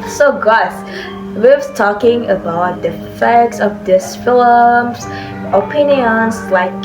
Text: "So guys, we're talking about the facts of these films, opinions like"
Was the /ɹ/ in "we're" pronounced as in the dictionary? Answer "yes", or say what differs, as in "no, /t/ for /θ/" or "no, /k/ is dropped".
no, /w/ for /ɹ/